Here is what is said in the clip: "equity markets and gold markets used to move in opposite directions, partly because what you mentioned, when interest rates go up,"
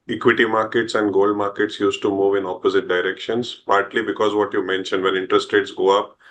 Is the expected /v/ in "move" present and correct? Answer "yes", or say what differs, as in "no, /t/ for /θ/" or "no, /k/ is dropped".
yes